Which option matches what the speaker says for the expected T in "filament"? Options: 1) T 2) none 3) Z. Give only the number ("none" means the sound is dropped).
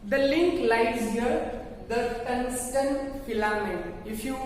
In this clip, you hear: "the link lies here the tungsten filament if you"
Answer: 2